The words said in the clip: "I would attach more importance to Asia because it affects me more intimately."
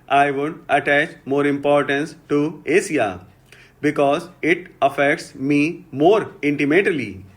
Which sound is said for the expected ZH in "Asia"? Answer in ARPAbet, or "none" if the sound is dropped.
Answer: S